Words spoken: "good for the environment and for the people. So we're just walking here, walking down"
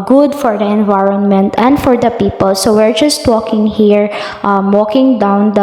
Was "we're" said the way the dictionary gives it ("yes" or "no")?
yes